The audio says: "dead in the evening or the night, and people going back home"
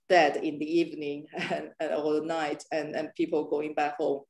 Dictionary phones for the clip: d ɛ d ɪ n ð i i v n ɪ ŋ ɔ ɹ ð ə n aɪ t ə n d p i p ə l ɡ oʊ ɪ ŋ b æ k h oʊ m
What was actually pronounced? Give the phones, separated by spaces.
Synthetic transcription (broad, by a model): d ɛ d ɪ n ð i i v n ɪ ŋ ɔ l ð ə n aɪ t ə n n p i p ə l ɡ oʊ ɪ ŋ b æ k h oʊ m